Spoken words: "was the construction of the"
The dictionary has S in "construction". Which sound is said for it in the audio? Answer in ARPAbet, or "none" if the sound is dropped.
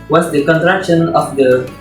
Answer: none